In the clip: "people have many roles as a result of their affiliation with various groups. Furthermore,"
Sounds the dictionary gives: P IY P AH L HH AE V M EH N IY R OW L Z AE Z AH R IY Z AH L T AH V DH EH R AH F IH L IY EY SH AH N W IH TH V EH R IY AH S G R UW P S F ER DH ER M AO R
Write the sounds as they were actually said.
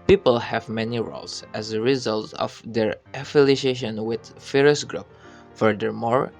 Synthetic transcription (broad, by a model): P IY P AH L HH AE V M EH N IY R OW L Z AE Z AH R IY Z AH L T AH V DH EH R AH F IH L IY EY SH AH N W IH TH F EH R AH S G R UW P F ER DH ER M AO R